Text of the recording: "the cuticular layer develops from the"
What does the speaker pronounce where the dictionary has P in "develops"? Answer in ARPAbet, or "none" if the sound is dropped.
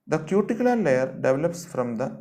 P